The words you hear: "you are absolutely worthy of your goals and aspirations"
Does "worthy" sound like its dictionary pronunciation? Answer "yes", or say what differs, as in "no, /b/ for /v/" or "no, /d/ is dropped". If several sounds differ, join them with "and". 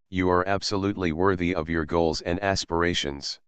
yes